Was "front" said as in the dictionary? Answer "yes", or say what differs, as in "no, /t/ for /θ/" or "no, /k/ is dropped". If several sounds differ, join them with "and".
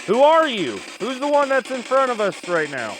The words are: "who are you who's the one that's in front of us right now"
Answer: no, /n/ is dropped